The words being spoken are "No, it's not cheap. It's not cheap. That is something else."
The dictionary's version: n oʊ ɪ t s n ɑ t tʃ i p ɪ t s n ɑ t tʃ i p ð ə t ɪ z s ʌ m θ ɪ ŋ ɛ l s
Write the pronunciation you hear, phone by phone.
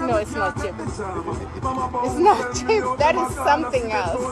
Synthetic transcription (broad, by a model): n oʊ ɪ t s n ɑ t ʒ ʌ ɪ t s n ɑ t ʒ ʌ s ð ə t ɪ z s ʌ m θ ɪ ŋ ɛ l s